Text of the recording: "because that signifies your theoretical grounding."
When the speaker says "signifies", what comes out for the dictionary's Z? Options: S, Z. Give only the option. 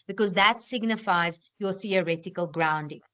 Z